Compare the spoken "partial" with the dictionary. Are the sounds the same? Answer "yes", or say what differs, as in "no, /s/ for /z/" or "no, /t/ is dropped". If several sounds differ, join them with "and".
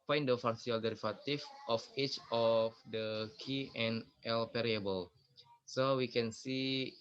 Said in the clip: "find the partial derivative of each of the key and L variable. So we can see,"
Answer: no, /s/ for /ʃ/